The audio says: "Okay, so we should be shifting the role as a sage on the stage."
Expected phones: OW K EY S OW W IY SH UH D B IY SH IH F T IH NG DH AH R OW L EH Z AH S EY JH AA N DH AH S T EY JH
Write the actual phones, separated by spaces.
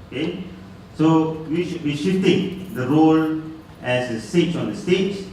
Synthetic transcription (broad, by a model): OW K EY S OW W IY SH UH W IY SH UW T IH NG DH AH R OW L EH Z AH S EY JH AA N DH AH S T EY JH